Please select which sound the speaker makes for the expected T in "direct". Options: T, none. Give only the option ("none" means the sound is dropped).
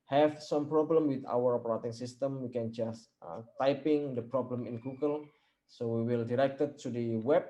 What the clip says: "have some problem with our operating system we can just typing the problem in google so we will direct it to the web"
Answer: T